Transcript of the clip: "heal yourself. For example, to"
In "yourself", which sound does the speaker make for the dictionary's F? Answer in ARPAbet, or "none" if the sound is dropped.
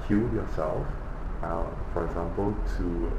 F